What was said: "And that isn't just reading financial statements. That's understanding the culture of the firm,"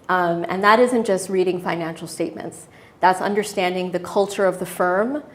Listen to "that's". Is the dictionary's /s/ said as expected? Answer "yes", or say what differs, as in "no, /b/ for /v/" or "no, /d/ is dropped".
yes